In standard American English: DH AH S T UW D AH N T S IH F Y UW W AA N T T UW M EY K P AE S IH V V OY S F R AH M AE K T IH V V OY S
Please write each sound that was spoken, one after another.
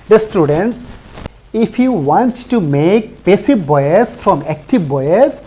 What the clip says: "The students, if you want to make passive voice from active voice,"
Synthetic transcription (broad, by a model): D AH S T UW D AH N T S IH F Y UW W AA N T T UW M EY K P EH S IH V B OY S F R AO M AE K T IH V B OY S